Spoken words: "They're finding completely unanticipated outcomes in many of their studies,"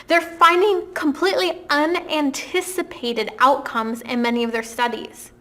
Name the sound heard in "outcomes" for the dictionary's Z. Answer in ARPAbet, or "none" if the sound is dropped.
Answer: Z